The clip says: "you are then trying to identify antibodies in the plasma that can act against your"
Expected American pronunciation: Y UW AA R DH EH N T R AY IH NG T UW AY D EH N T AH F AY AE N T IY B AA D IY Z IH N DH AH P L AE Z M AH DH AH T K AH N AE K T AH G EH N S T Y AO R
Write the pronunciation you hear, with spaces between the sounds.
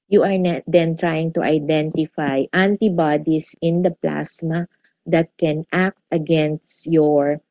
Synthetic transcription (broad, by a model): Y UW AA R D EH N T R AY IH NG T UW AY D EH N T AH F AY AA N T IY B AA D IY S IH N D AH P L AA S M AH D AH T K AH N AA K T AH G EH N S T Y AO R